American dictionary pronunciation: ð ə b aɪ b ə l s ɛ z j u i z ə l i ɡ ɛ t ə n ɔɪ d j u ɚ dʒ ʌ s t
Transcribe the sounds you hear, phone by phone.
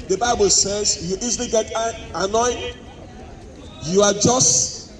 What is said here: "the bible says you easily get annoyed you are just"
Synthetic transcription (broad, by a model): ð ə b aɪ b ə l s ɛ z j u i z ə l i ɡ ɛ t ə n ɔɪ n j u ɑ dʒ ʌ s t